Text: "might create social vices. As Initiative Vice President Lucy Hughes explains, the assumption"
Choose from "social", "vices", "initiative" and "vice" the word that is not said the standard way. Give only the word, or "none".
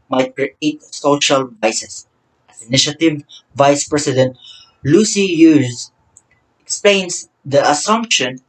vices